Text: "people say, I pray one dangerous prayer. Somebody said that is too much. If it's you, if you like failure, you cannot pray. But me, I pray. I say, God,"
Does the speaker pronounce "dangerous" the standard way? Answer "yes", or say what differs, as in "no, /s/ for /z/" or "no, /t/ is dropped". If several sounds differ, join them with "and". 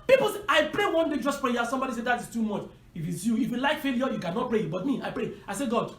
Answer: no, /n/ is dropped